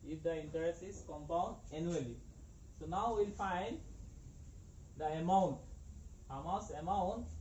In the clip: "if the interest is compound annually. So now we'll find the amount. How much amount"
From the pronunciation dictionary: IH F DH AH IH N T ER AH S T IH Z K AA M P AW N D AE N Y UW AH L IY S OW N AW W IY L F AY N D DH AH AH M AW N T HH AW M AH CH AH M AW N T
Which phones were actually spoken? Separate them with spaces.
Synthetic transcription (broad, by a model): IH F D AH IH N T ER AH S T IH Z K AA M P AW N D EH N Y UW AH L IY S OW N AW W IY L F AY N D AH AH M AW N T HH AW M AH S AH M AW N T